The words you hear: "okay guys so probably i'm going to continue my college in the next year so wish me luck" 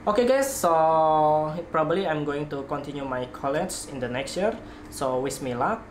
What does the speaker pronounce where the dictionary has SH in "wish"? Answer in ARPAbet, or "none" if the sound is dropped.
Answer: S